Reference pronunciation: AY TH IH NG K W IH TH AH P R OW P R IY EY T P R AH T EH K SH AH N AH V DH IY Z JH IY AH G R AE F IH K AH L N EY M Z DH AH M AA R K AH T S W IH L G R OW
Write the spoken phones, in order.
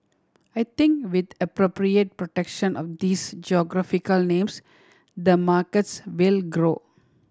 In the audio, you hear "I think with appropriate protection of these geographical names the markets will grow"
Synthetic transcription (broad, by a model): AY T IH NG K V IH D AH P R OW P R IY EY T P R AH T EH K SH AH N AH V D IY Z JH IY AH G R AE F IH K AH L N EY M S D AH M AA R K AH T S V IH L G R OW